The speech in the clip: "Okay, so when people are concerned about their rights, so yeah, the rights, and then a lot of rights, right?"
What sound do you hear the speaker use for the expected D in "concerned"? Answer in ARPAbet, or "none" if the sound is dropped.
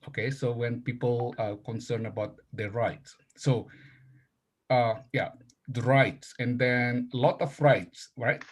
none